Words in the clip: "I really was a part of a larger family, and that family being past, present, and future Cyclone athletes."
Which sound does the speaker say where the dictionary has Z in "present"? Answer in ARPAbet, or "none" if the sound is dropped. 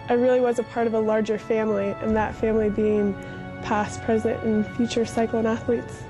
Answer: Z